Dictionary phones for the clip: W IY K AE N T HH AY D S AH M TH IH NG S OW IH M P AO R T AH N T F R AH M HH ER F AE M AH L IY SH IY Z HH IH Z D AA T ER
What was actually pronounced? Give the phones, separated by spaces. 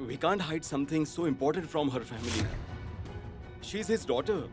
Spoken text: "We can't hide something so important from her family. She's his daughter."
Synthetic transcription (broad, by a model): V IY K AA N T HH AY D S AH M T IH NG S OW IH M P AO R T AH N T F R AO M HH ER F AE M AH L IY SH IY Z HH IH Z D AA T ER